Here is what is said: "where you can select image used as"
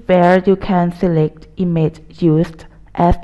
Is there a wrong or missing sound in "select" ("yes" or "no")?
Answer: no